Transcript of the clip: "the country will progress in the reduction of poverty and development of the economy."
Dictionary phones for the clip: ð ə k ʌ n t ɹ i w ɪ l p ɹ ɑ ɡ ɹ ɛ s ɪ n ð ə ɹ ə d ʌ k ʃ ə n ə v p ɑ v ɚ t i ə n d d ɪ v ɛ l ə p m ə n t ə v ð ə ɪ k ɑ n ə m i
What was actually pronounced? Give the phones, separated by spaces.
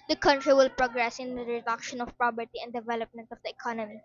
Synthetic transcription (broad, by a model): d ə k ʌ n t ɹ i w ɪ l p ɹ ɑ ɡ ɹ ɛ s ɪ n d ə ɹ ə d ʌ k ʃ ə n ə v p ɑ b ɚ t i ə n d d ɪ v ɛ l ə p m ə n t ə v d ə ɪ k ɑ n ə m i